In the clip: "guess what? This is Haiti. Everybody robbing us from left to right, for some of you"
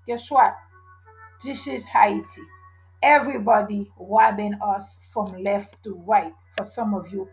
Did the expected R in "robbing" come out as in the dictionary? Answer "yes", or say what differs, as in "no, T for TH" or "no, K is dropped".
no, W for R